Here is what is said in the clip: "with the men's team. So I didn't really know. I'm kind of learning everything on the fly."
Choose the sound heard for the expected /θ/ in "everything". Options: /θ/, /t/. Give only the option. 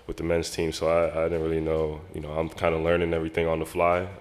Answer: /θ/